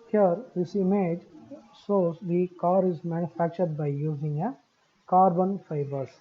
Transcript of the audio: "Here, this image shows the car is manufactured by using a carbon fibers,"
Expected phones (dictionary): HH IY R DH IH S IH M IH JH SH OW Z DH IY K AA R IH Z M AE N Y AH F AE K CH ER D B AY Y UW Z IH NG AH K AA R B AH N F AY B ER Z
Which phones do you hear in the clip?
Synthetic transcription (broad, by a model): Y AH R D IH S IH M IH JH S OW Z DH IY K AA R IH Z M AE N Y AH F AE K CH ER D B AY Y UW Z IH NG AH K AA R B AH N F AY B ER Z